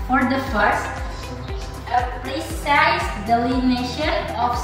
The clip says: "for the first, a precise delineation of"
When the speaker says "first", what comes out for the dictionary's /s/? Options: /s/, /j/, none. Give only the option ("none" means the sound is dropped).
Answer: /s/